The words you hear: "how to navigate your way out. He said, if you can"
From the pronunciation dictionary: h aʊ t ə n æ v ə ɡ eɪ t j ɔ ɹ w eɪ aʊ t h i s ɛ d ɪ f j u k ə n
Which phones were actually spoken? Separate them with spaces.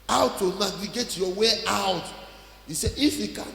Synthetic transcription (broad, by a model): aʊ t ə n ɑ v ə ɡ eɪ t j ɔ w eɪ aʊ t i s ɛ ɪ f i k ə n